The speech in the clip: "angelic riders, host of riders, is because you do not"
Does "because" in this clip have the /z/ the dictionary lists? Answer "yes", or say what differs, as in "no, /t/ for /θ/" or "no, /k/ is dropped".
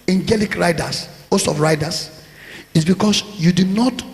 no, /s/ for /z/